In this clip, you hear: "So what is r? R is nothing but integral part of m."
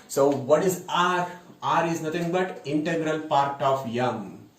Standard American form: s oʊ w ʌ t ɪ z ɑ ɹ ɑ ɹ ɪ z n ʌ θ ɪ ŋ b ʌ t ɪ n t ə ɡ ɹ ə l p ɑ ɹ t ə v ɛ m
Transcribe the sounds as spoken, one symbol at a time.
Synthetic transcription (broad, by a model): s oʊ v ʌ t ɪ z ɑ ɹ ɑ ɹ ɪ z n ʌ t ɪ ŋ b ʌ t ɪ n t ə ɡ ɹ ə l p ɑ ɹ t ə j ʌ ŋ